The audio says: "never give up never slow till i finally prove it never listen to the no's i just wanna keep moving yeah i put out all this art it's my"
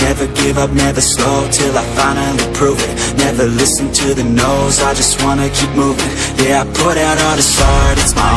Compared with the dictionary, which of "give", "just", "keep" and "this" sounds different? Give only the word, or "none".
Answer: none